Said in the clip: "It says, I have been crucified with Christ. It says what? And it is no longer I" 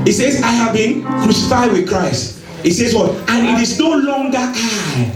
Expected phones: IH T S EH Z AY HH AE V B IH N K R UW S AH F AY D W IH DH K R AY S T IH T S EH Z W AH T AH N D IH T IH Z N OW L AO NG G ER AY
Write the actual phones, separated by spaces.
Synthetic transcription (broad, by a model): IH T S EH Z AY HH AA V B IH N K R UW S AH F AY D W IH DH K R AY S T IH T S EH Z W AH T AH N IH T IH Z N OW L AO NG G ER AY